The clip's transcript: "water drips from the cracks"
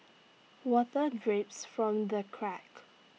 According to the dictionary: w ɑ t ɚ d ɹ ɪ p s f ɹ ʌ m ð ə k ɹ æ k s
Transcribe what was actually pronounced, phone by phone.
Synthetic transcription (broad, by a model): w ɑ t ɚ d ɹ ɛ p s f ɹ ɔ m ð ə k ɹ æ k